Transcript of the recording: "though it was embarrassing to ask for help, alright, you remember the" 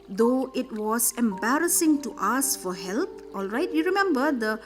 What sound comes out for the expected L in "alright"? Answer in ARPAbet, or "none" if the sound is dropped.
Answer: L